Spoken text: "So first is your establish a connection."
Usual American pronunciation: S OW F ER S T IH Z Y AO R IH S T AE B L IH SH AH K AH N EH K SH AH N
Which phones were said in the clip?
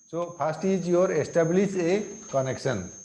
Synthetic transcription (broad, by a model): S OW P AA S T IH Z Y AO R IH S T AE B L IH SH AH K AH N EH K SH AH N